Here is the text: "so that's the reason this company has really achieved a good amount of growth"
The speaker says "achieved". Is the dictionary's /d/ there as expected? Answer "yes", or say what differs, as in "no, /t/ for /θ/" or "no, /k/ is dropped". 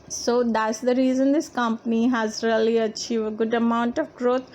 no, /d/ is dropped